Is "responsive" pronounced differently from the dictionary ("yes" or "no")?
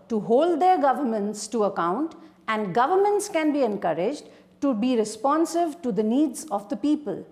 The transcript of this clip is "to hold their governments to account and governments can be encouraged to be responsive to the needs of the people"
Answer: no